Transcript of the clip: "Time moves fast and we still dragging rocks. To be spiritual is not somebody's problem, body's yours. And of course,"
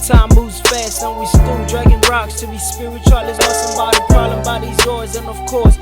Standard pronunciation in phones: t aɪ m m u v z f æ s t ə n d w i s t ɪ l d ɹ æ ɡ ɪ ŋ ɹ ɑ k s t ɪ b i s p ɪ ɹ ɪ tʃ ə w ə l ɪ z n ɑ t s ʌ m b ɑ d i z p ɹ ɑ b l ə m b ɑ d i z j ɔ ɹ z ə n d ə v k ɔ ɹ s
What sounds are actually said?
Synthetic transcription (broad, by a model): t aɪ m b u z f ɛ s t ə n w i s t ɪ l d ɹ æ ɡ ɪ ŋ ɹ ɑ k s t ɪ b i s p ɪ ɹ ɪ tʃ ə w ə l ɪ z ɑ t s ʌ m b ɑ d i p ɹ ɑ l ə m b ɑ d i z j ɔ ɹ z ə n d ə v k ɔ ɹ s